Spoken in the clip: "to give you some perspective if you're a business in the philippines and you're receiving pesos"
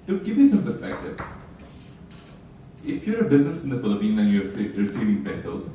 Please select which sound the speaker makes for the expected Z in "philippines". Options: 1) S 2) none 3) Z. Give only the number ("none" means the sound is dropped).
2